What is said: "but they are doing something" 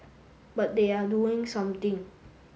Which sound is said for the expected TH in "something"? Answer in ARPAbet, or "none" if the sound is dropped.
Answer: T